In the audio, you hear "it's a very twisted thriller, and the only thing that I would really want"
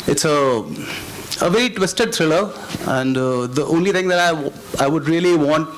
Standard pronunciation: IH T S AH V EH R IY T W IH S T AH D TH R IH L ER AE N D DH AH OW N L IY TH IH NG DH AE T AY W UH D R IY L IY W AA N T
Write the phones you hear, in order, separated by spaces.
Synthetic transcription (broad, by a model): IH T S AH V EH R IY T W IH S T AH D T R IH L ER AE N D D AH OW N L IY T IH NG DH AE T AY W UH D R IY L IY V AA N T